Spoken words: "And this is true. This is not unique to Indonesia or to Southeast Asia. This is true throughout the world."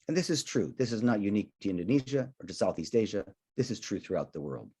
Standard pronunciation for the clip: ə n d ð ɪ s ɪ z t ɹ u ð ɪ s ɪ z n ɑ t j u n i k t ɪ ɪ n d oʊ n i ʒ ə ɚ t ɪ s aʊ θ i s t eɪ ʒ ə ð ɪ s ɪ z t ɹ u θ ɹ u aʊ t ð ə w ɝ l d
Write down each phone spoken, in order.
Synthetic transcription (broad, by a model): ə n ð ɪ s ɪ z t ɹ u ð ɪ s ɪ z n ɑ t j u n i k t ɪ ɪ n d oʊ n i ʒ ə ɚ t ɪ s aʊ θ i s t eɪ ʒ ə ð ɪ s ɪ z t ɹ u θ ɹ u aʊ t ð ə w ɝ l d